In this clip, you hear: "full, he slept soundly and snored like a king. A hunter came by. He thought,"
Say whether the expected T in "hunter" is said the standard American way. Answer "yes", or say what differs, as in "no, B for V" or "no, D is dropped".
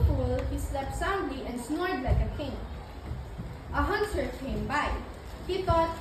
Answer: no, S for T